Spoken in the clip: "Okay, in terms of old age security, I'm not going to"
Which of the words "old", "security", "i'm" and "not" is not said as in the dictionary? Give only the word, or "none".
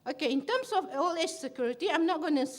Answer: old